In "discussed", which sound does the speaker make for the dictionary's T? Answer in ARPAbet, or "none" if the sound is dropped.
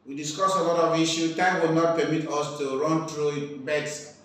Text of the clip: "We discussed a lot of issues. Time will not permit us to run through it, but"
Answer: none